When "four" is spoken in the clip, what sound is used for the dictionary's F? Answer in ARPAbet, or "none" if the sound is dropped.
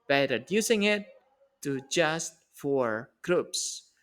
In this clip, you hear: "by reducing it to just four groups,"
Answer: F